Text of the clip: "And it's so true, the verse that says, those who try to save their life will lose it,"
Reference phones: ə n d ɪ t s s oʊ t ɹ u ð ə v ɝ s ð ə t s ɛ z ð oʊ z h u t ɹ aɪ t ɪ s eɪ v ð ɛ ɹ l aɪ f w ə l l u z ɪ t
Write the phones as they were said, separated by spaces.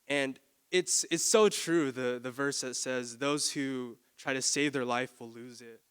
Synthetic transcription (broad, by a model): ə n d ɪ t s s oʊ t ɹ u ð ə v ɝ s ð ə t s ɛ z ð oʊ z h u t ɹ aɪ t ɪ s eɪ v ð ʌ ɹ l aɪ f w ə l l u z ɪ t